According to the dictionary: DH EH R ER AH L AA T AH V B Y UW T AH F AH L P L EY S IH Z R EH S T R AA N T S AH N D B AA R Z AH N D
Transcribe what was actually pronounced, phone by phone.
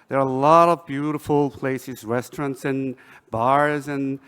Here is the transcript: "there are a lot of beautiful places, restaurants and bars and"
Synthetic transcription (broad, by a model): DH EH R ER AH L AA T AH V B Y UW T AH F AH L P L EY S IH Z R EH S T R AA N T S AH N B AA R Z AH N